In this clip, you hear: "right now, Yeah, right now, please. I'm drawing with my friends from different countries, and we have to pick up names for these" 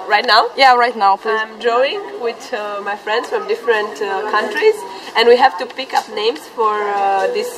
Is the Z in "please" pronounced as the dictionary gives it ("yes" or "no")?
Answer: no